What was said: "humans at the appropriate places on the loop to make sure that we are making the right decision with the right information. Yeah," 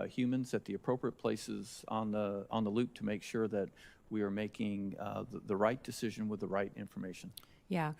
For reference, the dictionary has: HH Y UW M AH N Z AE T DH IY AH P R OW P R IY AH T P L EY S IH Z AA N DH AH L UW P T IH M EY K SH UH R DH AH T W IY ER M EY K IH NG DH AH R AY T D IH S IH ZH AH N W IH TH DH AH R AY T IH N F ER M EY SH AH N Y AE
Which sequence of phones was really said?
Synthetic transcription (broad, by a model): HH Y UW M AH N Z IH T DH IY AH P R OW P R IY AH T P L EY S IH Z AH N DH AH L UW P T IH M EY K SH UH R DH AH T W IY ER M EY K IH NG DH AH R AY T D IH S IH ZH AH N W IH DH AH R AY T IH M F ER M EY SH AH N Y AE